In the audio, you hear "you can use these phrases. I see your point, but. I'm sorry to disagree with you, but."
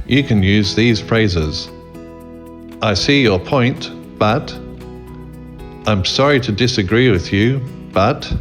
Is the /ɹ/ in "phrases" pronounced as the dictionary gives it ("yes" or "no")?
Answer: yes